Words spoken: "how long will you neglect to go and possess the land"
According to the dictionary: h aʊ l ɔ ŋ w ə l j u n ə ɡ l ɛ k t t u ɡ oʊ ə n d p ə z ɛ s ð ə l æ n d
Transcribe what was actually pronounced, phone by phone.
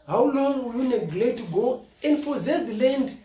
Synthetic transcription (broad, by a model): h aʊ l ɔ ŋ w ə j u n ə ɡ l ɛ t t u ɡ oʊ ə n d p ə z ɛ s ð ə l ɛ n d